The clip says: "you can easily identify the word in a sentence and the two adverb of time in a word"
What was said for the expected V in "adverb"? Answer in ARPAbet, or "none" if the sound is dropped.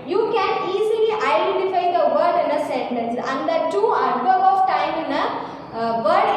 B